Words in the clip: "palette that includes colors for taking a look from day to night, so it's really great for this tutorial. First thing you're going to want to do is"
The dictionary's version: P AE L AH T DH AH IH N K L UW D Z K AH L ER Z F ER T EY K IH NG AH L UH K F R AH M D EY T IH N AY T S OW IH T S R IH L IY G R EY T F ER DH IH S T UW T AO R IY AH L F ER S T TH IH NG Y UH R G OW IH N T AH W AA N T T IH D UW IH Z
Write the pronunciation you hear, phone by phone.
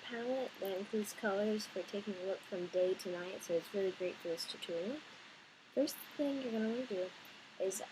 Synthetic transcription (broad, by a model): P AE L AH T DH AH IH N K IY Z K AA L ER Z F ER T EY K IH NG AH L UH K F R AH M D EY T IH N AY T S OW IH T S R IH L IY G R EY T F ER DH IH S T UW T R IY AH N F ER S TH IH NG Y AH R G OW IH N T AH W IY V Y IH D IH Z